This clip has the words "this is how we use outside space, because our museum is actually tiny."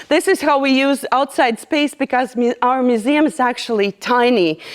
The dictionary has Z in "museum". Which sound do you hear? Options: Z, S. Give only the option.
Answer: Z